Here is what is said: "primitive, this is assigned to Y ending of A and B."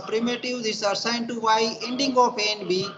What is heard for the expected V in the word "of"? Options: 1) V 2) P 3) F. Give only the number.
2